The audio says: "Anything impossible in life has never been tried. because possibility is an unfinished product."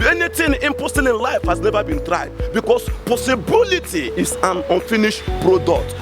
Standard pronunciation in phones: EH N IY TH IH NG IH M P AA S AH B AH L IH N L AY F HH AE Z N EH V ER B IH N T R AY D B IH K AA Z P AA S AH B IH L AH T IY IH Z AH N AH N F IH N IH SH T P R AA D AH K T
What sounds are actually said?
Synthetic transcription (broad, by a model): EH N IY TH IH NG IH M P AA S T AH N IH N L AY F HH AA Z N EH V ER B IH N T R AY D B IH K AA S P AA S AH B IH L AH T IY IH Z AH N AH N F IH N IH SH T P R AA D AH K T